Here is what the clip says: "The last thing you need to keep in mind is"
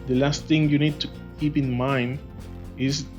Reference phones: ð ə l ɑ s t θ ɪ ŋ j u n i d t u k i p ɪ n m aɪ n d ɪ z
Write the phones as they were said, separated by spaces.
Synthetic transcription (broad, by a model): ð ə l ɑ s t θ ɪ ŋ j u n i d t u k i p ɪ n m aɪ n d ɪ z